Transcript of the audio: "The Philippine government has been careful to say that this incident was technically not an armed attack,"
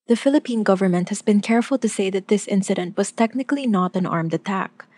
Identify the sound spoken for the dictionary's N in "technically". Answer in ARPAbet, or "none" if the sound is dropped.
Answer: N